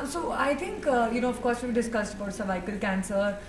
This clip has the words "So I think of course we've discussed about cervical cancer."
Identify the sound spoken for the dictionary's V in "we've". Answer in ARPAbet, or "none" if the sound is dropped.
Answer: B